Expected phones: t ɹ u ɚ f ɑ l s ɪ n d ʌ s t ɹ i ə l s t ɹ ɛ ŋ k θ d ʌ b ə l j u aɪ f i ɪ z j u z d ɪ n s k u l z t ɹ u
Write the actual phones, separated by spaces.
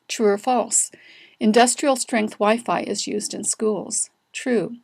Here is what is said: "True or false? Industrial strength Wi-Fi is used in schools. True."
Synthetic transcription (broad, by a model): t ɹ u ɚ f ɑ l s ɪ n d ʌ s t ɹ i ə l s t ɹ ɛ ŋ k θ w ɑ ə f aɪ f ɪ z j u z d ɪ n s k u l z t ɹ u